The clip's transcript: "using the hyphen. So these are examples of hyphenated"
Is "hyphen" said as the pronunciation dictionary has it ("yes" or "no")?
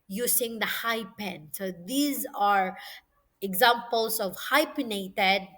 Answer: no